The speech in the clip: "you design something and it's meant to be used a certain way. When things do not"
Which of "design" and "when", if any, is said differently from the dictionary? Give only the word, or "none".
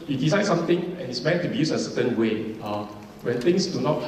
design